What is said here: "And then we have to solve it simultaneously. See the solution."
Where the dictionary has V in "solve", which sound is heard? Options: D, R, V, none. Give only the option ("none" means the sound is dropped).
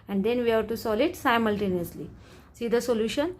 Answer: none